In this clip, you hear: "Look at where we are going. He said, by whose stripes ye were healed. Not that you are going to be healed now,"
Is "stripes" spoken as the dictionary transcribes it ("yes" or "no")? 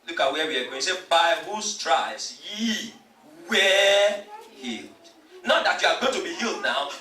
no